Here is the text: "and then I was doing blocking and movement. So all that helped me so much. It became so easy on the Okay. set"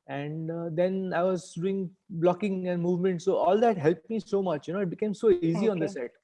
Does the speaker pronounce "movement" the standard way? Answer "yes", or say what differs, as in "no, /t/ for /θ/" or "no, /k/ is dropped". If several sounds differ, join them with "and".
yes